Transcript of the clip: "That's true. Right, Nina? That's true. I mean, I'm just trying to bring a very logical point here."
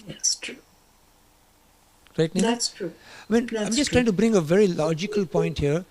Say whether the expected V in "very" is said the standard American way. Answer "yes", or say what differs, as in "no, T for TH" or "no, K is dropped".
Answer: yes